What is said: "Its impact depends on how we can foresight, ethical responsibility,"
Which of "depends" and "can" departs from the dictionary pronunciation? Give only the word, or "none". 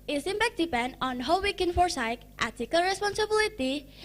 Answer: depends